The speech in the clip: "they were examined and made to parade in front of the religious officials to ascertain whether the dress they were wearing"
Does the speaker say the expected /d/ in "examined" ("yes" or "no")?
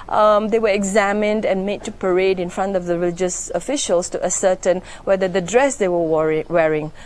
yes